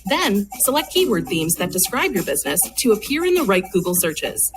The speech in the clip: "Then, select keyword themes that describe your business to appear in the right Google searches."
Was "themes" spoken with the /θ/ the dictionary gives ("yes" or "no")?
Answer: yes